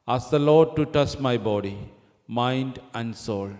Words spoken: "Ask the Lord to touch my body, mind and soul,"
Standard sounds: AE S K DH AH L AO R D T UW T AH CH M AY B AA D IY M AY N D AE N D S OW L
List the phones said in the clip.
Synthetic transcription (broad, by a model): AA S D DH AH L AO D T UW T AH CH M AY B AA D IY M AY N D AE N D S OW L